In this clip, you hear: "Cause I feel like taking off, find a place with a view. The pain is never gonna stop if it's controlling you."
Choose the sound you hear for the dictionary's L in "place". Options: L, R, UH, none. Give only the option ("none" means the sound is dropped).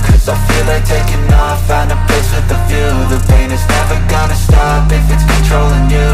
none